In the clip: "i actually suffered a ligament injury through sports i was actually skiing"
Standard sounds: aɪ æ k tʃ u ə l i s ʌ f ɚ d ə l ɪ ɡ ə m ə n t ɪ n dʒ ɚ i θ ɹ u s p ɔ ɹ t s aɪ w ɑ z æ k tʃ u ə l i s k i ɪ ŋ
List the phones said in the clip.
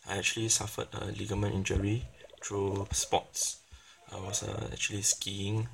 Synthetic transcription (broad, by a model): aɪ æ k tʃ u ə l i s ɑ f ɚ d ə l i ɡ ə m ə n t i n dʒ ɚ i t ɹ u s p ɔ t s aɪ w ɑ s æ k tʃ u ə l i s k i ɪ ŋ